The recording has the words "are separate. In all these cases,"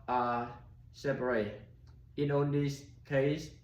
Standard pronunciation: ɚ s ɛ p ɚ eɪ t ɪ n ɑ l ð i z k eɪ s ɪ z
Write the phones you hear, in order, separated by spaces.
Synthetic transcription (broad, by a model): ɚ s ɛ p ɚ eɪ t ɪ n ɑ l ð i s k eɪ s